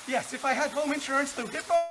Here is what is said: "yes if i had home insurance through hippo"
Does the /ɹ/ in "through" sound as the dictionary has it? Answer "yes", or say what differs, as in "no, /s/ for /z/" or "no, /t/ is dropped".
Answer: no, /ɹ/ is dropped